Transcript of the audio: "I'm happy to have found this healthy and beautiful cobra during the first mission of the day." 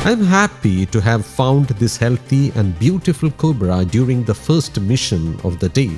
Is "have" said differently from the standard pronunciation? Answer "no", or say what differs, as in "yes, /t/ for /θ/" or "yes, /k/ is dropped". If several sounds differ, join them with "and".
no